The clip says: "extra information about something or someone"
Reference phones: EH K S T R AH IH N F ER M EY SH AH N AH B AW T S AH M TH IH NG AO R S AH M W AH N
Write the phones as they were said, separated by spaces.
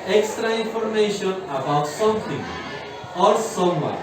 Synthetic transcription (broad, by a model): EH K S T R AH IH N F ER M EY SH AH N AH B AW T S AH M T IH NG AO R S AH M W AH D